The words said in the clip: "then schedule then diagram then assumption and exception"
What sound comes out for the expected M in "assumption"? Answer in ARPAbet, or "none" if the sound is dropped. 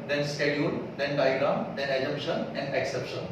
none